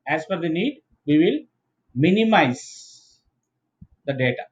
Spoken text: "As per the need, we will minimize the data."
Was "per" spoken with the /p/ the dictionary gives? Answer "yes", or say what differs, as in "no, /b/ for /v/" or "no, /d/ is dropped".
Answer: no, /f/ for /p/